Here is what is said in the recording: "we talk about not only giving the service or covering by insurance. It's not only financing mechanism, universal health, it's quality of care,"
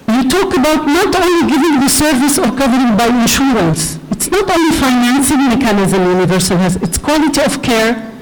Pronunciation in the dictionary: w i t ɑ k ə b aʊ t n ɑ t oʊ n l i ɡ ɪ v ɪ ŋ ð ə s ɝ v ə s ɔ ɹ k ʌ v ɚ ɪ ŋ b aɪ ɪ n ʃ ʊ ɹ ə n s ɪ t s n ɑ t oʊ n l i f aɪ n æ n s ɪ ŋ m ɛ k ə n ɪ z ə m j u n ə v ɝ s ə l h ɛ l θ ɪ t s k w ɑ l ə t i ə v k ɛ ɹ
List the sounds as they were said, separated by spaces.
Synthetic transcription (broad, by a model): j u t ɑ k ə b aʊ t n ɑ t oʊ n l i ɡ ɪ v ɪ ŋ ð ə s ɝ v ə s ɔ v k ʌ v ɚ ɪ ŋ b aɪ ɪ n ʃ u ɹ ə n s ɪ t s n ɑ t oʊ n l i f aɪ n æ n s ɪ ŋ m ɛ k ə n ɪ z ə m j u n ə v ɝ s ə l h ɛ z ɪ t s k w ɑ l ə t i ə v k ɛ ɹ